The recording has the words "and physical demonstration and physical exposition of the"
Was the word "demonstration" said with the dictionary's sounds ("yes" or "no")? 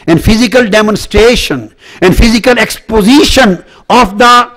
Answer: yes